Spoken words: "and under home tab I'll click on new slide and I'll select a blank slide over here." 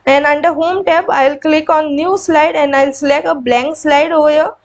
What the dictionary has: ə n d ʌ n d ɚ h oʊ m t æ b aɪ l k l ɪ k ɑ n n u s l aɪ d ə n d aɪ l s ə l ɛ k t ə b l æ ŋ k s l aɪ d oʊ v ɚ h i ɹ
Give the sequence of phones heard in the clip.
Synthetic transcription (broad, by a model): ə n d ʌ n d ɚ h oʊ m t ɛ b aɪ l k l ɪ k ɑ n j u s l aɪ d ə n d aɪ l s l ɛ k ə b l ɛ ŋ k s l aɪ d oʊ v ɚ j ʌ